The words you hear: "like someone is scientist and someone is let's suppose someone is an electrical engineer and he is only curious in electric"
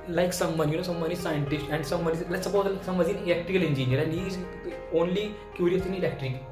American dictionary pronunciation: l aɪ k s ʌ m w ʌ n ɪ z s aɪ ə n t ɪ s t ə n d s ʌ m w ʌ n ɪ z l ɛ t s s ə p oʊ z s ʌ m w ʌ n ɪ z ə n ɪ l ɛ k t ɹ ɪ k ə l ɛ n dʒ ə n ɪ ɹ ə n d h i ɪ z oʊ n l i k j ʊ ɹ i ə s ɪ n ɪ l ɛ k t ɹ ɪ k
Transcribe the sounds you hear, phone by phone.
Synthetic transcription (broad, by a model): l aɪ k s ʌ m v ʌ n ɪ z s aɪ ə n t ɪ s t ə n d s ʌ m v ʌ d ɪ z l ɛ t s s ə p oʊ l s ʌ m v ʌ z ə n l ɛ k t ɪ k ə l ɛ n dʒ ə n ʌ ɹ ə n h i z oʊ n l i k j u ɹ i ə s ɪ n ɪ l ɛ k t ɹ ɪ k